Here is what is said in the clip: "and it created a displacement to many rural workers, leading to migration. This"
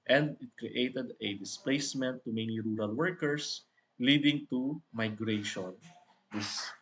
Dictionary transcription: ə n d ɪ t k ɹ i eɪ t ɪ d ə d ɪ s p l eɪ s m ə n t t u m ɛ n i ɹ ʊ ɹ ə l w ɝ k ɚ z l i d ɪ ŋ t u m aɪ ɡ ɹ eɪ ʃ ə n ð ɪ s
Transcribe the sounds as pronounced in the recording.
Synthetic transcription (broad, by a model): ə n d ɪ t k ɹ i eɪ t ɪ d ə d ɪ s p l eɪ s m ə n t t u m ɛ n i ɹ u ɹ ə l w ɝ k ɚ s l i d ɪ ŋ t u m aɪ ɡ ɹ eɪ ʃ ə n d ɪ s